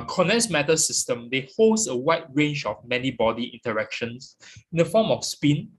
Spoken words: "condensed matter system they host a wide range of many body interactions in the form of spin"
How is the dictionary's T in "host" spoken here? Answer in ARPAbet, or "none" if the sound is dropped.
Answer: none